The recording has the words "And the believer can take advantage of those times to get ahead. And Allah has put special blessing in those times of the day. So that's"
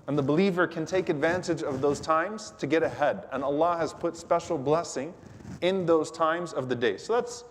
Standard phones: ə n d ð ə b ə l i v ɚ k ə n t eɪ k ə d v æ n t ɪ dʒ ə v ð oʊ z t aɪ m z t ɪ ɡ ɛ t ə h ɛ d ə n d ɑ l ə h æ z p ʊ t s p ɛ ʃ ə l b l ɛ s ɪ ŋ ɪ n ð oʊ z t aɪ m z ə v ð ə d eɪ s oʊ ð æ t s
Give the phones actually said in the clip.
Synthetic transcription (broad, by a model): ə n ð ə b ə l i v ɚ k ə n t eɪ k ə d v æ n t ɪ dʒ ə v ð oʊ z t aɪ m z t ɪ ɡ ɛ t ə h ɛ d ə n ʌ l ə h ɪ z p ʊ t s p ɛ ʃ l b l ɛ s ɪ ŋ ɪ n ð oʊ z t aɪ m z ə v ð ə d eɪ s oʊ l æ t s